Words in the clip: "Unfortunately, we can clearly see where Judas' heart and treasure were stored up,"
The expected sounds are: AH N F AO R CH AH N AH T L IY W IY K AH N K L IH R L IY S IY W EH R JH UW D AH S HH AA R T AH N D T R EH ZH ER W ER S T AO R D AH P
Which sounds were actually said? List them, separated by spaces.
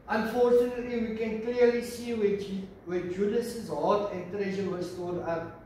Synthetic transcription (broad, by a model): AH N F AO R CH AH N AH T L IY W IY K AH N K L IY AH L IY S IY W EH W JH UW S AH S HH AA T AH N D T R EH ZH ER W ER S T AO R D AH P